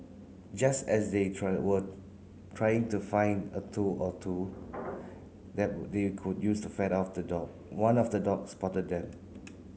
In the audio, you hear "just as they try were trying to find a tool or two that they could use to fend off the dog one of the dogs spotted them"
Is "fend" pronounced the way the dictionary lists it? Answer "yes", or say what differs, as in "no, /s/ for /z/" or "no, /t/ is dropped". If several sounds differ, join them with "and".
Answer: no, /n/ is dropped